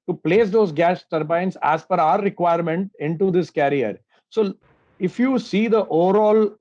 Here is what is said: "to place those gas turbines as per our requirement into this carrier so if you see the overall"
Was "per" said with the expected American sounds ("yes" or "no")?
no